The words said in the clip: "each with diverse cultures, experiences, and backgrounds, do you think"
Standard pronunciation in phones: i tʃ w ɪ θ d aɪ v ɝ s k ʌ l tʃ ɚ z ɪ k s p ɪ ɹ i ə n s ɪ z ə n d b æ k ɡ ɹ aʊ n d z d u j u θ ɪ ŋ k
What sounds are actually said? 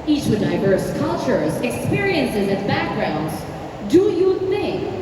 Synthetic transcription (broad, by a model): i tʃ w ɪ d aɪ v ɝ s k ʌ l tʃ ɚ z ɪ k s p ɪ ɹ i ə n s ɪ z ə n b æ k ɡ ɹ aʊ n d z d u j u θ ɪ ŋ k